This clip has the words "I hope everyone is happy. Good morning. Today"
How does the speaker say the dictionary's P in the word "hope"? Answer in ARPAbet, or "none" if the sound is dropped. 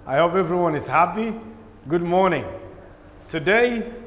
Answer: P